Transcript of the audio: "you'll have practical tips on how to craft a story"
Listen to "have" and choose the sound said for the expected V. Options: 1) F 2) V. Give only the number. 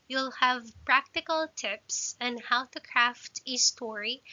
2